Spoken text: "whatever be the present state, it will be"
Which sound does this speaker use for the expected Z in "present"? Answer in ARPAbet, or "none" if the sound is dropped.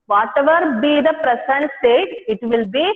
S